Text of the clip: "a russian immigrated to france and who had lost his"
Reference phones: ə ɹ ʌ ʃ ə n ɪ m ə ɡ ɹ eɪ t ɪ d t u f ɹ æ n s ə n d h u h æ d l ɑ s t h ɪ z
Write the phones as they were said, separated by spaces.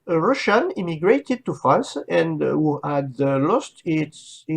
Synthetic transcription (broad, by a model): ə ɹ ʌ ʃ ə n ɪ m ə ɡ ɹ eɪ t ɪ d t u f ɑ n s ə n d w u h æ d l ɑ s t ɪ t